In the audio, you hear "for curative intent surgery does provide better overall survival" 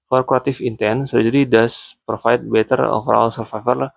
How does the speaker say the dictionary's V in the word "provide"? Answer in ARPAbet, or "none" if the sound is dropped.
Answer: F